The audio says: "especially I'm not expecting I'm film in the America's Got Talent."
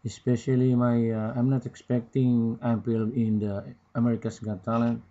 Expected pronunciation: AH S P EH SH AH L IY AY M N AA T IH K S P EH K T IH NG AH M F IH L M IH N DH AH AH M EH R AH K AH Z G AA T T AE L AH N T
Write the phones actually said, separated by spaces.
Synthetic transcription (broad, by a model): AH S P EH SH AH L IY AY M N AA T IH K S P EH K T IH NG AH M P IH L IH N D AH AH M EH R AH K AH S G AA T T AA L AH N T